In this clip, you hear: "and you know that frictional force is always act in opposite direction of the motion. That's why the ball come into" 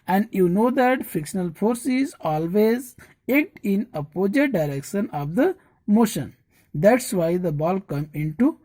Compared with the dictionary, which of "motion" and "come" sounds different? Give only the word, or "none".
none